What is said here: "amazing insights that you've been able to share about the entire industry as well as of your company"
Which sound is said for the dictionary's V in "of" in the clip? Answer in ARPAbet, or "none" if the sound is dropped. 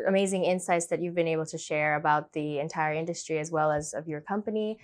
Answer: V